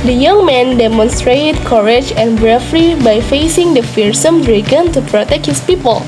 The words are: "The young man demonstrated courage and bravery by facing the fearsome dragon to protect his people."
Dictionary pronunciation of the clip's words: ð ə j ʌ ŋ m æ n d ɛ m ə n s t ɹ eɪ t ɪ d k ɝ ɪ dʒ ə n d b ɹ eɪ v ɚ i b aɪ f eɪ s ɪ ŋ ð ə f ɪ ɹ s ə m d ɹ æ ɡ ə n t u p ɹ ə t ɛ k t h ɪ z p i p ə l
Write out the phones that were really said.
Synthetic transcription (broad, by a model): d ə j ʌ ŋ m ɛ n d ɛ m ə n s t ɹ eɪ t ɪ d k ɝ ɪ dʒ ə n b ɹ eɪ f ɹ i b aɪ f eɪ s ɪ ŋ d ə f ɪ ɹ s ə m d ɹ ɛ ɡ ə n t u p ɹ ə t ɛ k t h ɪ s p i p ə l